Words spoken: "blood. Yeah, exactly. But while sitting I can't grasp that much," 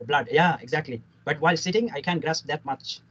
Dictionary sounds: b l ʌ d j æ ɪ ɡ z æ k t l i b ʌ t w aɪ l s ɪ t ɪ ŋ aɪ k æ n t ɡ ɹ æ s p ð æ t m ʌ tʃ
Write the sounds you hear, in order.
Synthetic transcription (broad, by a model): b l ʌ d j æ ɪ ɡ z æ k t l i b ʌ t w aɪ l s ɪ t ɪ ŋ aɪ k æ n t ɡ ɹ æ s p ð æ t m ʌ tʃ